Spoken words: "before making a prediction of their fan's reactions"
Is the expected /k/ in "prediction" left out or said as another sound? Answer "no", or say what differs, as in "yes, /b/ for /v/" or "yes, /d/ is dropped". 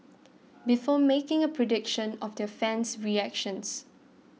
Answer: no